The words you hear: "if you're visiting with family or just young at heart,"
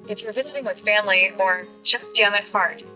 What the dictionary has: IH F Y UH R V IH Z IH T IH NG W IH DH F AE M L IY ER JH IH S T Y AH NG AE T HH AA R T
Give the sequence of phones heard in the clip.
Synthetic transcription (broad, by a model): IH F Y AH R V IH Z IH T IH NG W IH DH F AE M L IY ER CH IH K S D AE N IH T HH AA R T